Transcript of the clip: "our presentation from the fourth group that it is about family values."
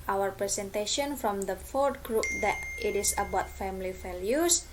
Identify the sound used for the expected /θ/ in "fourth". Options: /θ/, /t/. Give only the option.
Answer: /t/